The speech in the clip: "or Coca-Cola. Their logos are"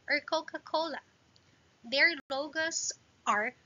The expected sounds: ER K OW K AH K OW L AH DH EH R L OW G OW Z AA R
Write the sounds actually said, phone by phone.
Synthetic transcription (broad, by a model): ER K OW K AH K OW L AH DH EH R L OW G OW S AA R